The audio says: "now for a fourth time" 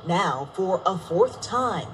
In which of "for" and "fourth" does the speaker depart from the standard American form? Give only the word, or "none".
none